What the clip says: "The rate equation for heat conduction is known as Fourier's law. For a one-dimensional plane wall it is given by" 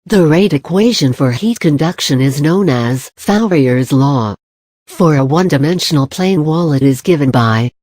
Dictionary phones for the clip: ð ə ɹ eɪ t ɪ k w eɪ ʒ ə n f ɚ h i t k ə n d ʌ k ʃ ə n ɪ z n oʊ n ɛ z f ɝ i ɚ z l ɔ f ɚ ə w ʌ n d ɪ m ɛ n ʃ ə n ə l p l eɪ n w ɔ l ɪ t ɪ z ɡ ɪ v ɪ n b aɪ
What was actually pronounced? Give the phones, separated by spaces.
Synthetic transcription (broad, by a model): ð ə ɹ eɪ t ɪ k w eɪ ʒ ə n f ɚ h i t k ə n d ʌ k ʃ ə n ɪ z n oʊ n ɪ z f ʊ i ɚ z l ɔ f ɚ ə w ʌ n d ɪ m ɛ n ʃ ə n l p l eɪ n w ɔ l ɪ t ɪ z ɡ ɪ v ɪ n b aɪ